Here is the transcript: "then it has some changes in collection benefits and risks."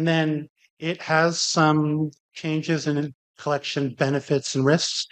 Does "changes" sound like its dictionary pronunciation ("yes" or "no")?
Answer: yes